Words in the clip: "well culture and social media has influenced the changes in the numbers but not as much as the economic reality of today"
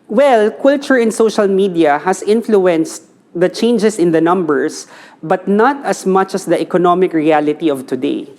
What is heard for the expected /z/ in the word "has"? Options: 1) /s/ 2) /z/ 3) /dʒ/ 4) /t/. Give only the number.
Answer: 1